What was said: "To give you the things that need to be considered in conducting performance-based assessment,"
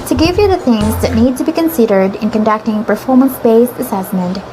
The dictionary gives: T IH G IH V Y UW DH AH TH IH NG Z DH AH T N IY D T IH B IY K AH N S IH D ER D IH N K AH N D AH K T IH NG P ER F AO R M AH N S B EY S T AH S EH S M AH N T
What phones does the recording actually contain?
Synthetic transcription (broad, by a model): T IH G IH V Y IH DH AH TH IH NG Z DH AH T N IY D T IH B IY K AH N S IH D ER D IH N K AH N D AH K T IH NG P ER F AO R M AH N S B EY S AH S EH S M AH N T